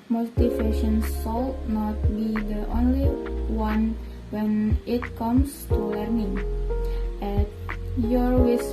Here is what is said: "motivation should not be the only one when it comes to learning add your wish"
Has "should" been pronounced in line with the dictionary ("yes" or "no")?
no